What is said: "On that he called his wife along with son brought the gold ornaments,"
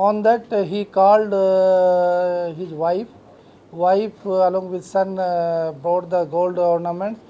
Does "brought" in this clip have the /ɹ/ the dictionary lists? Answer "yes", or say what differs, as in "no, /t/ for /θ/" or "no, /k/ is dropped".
no, /ɹ/ is dropped